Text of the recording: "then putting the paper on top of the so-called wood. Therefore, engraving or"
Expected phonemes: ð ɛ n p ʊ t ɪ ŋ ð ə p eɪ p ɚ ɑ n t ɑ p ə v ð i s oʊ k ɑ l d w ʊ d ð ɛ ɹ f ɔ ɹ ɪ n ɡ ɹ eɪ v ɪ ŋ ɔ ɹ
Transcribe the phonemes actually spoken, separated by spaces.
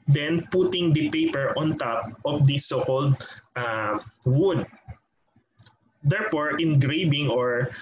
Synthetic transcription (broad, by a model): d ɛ n p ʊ t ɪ ŋ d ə p eɪ p ɚ ɑ n t ɑ p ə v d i s oʊ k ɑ l d w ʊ d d ɛ ɹ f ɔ ɹ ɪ n ɡ ɹ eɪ b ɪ ŋ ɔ ɹ